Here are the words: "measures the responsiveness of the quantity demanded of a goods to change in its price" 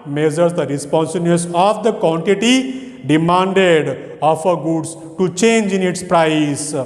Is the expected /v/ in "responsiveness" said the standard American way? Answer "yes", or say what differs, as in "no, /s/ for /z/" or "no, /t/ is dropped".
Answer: no, /b/ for /v/